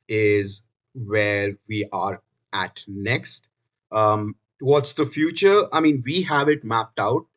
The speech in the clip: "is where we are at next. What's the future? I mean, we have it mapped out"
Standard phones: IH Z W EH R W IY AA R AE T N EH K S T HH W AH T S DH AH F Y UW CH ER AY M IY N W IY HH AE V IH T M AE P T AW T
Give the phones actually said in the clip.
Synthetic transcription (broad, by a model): IH Z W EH R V IY AA R AE T N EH K S T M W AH T S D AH F Y UW CH ER AY M IY N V IY HH AE V IH T M AE P T AW T